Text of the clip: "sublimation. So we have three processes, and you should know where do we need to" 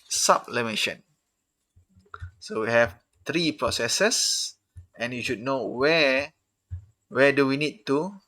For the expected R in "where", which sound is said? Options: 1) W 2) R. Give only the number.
1